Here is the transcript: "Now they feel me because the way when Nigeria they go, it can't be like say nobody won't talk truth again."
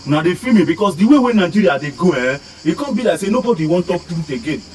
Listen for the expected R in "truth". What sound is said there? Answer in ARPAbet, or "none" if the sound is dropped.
none